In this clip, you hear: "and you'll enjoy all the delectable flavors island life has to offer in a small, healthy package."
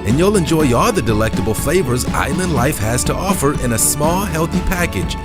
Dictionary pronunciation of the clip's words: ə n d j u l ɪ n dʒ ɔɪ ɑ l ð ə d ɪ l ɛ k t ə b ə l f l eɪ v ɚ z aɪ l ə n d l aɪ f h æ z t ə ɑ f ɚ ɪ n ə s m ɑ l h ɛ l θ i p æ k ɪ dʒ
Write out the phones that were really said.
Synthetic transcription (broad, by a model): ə n j u l ɪ n dʒ ɔɪ ɑ l ð ə d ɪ l ɛ k t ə b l f l eɪ v ɚ z aɪ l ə n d l aɪ f h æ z t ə ɑ f ɚ ɪ n ə s m ɑ l h ɛ l θ i p æ k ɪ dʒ